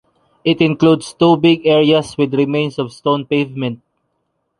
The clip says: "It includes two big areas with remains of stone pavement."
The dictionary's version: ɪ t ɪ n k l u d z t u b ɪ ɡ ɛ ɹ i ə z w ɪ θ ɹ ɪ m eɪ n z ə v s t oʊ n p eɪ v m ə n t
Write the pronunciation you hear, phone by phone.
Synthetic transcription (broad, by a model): ɪ t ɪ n k l u d s t u b ɪ ɡ ɛ ɹ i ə s w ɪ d ɹ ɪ m eɪ n s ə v s t oʊ n p eɪ v m ə n t